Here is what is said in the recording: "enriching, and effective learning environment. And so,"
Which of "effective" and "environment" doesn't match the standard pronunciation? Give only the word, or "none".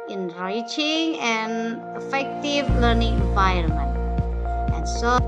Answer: environment